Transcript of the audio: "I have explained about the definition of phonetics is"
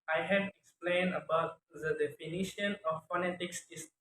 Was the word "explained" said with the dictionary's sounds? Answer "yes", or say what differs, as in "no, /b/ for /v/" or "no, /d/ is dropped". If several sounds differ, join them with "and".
yes